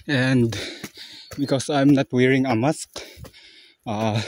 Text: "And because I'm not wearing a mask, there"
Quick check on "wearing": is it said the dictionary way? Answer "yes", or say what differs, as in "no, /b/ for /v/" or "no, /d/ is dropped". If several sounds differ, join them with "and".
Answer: yes